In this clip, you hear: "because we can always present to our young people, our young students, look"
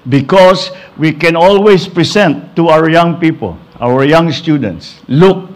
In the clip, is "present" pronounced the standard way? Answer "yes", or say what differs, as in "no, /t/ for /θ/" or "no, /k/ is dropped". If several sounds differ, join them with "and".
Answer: no, /s/ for /z/